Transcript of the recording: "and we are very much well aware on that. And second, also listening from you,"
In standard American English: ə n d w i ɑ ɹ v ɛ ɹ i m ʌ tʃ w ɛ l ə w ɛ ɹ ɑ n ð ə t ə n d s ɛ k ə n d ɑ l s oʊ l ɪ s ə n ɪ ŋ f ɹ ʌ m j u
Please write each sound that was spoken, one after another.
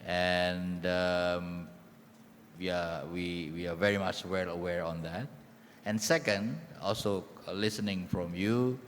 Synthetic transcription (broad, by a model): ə n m w i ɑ w v ɛ ɹ i m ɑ tʃ w ɛ l ə w ɛ ɹ ɑ n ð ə t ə n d s ɛ k ə n d ɑ l s oʊ l ɪ s ə n ɪ ŋ f ɹ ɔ m j u